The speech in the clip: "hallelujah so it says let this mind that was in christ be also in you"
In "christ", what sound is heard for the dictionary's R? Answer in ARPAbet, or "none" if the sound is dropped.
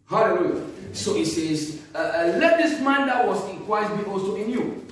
W